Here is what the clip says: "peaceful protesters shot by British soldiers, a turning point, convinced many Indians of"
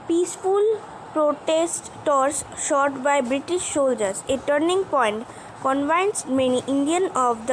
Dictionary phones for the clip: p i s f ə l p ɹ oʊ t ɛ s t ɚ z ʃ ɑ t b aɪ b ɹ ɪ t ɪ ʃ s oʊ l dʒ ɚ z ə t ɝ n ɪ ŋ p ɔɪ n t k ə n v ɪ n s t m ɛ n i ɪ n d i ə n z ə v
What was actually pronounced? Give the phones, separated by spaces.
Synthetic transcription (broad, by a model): p i s f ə l p ɹ oʊ t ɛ s t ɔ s ʃ ɑ t b aɪ b ɹ ɪ t ɪ ʃ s oʊ l dʒ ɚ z ə t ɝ n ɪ ŋ p ɔɪ n t k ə n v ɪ n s m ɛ n i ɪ n d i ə n ə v